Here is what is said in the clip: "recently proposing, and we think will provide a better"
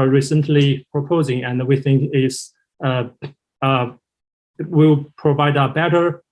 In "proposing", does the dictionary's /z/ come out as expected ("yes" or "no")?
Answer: yes